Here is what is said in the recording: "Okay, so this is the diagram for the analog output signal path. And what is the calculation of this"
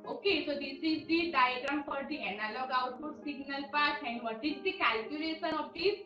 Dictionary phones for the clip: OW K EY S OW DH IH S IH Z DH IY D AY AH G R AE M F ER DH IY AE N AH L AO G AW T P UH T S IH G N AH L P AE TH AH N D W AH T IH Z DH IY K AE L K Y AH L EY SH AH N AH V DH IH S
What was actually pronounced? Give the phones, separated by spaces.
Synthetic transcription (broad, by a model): OW K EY S OW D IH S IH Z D IY D AY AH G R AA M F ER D IY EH N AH L AO G AW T UW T S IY G N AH L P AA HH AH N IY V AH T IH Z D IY K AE L K Y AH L EY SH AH N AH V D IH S